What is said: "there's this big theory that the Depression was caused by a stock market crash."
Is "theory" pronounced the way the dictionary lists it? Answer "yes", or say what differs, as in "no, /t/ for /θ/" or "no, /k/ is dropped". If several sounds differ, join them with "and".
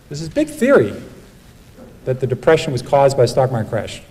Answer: yes